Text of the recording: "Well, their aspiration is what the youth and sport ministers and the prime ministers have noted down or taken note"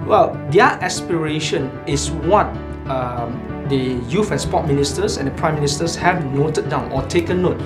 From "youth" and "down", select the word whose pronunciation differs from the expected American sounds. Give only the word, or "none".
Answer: youth